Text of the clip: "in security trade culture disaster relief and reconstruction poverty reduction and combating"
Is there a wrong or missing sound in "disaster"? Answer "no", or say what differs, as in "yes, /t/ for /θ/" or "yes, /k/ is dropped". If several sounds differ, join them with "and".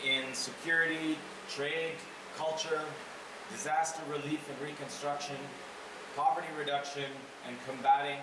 no